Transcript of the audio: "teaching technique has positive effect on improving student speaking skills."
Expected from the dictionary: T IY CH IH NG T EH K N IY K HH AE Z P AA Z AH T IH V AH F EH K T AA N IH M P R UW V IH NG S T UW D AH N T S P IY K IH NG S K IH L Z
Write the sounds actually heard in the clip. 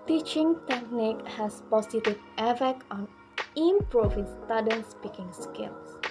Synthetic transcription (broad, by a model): T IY CH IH NG T EH K N IY K HH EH S P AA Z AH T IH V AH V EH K AA N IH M P R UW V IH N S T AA D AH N S P IY K IH NG S K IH L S